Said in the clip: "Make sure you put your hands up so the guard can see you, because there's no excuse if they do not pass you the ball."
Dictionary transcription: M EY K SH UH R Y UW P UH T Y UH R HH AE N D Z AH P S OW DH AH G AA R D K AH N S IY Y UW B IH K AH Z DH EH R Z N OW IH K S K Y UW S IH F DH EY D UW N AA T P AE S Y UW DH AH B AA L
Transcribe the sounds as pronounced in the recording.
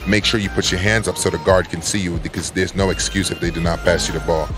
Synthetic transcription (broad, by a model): M EY K SH UH R Y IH P UH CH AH R HH AE N D Z AH P S OW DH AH G AA R D K AH N S IY Y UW B IH K AH Z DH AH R Z N OW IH K S K Y UW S IH F DH EY D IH N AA T P AE S Y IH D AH B AA L